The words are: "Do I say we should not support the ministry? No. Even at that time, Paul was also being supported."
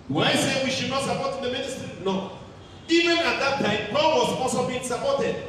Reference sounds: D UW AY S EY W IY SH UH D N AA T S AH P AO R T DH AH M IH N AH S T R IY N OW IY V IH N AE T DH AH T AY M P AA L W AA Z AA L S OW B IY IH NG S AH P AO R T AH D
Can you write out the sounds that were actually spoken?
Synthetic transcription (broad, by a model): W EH AY S EY W IY SH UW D N AA T S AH P AO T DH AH M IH N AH S T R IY N OW IY V IH N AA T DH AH T AY M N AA N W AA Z AA L S OW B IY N S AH P AO T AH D